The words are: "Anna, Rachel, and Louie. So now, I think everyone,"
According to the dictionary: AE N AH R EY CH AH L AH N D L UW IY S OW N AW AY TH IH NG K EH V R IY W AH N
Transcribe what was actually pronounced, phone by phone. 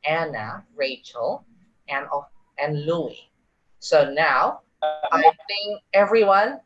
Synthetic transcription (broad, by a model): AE N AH R EY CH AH L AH N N L UW IY S OW N AW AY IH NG EH V R IY W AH N